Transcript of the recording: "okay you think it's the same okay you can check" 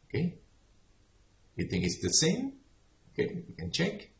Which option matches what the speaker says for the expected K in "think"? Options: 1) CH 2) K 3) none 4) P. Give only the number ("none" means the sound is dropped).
2